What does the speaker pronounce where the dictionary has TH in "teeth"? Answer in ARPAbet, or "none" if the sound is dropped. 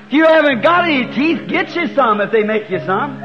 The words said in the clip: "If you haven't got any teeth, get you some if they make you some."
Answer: TH